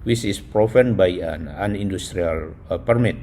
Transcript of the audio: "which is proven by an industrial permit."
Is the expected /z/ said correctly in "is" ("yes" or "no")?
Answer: no